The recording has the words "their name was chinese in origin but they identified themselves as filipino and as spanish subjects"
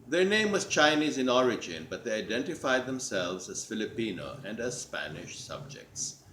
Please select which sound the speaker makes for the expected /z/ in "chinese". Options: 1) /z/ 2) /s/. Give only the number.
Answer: 1